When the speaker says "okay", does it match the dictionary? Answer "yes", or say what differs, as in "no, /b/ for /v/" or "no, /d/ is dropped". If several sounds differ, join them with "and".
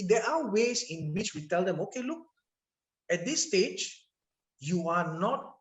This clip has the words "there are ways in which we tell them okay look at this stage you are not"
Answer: yes